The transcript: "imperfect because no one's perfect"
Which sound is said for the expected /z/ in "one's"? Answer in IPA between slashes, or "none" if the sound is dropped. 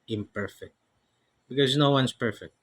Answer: /s/